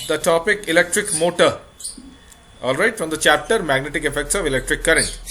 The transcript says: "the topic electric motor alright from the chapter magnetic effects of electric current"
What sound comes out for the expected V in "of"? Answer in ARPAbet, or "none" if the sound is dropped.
V